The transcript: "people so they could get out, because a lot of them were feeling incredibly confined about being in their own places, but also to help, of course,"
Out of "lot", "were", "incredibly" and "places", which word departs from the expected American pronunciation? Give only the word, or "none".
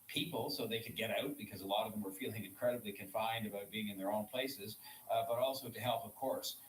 none